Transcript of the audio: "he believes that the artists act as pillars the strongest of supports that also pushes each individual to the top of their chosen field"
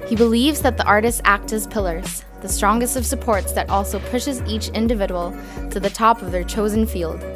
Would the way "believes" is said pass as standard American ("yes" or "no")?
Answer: yes